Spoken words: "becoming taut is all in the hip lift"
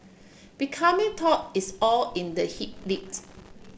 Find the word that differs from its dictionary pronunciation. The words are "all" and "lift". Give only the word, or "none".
lift